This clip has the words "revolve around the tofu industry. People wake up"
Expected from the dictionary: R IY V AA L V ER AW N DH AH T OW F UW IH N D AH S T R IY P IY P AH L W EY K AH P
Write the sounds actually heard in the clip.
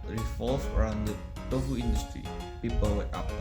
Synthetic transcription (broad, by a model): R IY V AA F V ER AW N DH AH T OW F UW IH N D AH S T R IY P IY P AH L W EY AH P